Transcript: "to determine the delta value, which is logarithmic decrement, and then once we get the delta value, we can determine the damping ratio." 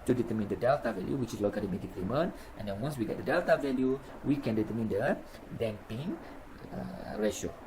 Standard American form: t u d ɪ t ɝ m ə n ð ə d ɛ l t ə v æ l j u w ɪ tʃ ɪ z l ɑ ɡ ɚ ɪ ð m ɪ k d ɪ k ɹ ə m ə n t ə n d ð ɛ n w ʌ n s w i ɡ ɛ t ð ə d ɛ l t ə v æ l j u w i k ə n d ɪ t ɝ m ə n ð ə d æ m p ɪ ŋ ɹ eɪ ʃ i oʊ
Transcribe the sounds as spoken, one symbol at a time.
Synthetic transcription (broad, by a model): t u d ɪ t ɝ m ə n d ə d ɛ l t ə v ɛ l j u w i tʃ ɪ s l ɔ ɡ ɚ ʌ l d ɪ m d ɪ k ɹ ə m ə n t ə n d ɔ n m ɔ s w i ɡ ɛ t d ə d ɛ l t ə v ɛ l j u w i k ə n d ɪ t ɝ m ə n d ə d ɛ m p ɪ ŋ ɹ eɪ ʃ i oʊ